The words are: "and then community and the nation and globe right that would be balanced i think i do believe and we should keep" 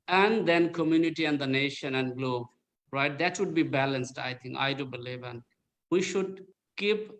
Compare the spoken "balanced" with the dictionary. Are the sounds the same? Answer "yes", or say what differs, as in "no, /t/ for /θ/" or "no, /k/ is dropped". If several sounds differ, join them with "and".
yes